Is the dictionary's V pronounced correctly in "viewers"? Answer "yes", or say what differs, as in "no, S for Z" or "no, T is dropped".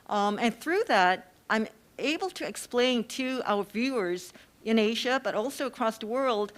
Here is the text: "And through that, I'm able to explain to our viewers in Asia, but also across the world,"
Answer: yes